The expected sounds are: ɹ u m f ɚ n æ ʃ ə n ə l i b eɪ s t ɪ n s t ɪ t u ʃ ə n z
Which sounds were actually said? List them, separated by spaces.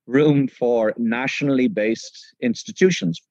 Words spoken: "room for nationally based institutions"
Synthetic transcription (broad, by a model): ɹ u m f ɚ n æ ʃ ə n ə l i b eɪ s t ɪ n s t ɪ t u ʃ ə n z